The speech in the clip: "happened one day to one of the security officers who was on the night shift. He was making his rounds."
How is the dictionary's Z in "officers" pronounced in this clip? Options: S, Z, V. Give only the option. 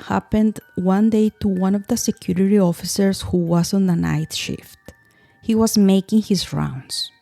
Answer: S